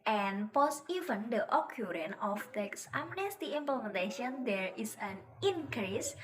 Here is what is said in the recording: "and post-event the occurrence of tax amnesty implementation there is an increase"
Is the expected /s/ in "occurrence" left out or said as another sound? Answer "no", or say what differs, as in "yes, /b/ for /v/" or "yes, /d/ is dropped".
yes, /s/ is dropped